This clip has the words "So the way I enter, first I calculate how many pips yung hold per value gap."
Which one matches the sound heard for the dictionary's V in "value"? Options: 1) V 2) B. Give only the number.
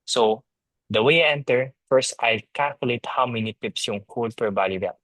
2